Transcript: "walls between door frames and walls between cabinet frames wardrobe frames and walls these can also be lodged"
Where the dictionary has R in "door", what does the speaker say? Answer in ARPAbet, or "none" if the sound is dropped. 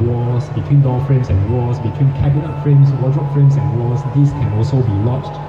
L